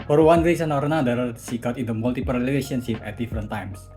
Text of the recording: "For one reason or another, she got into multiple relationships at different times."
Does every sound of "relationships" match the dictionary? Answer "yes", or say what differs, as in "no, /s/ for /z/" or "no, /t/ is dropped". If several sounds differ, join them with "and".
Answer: no, /l/ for /ɹ/ and /s/ is dropped